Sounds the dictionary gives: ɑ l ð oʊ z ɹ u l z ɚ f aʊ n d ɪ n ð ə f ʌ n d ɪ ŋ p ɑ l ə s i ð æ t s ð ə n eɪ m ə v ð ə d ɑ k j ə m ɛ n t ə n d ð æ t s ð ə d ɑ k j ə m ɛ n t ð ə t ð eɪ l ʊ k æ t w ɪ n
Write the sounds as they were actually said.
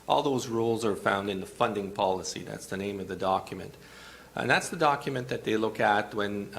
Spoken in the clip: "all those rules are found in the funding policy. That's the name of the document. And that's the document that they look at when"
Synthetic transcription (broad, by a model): ɑ l ð oʊ z ɹ u l z ɚ f aʊ n d ɪ n ð ə f ʌ n d ɪ ŋ p ɑ l ə s i ð æ t s ð ə n eɪ m ə v ð ə d ɑ k j ə m ɛ n t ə n ð æ t s ð ə d ɑ k j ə m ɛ n ð ə t ð eɪ l ʊ k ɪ t w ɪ n